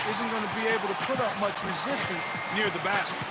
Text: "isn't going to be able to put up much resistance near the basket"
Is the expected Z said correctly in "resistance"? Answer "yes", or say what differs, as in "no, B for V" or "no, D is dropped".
yes